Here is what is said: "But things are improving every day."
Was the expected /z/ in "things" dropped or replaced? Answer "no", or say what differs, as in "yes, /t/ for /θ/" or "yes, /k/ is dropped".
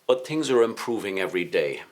no